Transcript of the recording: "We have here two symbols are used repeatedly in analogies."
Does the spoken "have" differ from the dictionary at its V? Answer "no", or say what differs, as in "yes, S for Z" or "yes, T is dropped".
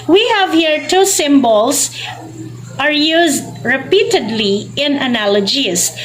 no